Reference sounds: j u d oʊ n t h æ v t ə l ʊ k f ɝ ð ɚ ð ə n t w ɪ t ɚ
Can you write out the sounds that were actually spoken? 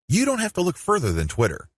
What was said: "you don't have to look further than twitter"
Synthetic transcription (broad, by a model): j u d oʊ n t h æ f t ə l ʊ k f ɝ ð ɚ ð ə n t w ɪ t ɚ